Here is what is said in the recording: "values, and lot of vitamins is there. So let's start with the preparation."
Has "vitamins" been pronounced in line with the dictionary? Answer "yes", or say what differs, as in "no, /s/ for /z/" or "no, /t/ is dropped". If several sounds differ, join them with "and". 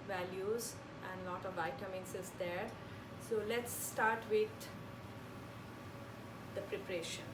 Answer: no, /s/ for /z/